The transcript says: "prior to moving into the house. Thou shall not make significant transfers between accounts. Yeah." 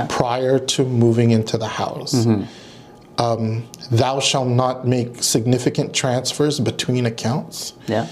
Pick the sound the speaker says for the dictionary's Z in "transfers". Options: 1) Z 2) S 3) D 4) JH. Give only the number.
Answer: 1